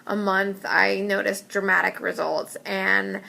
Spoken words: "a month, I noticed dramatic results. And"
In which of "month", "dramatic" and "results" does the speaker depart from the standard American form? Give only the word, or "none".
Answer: none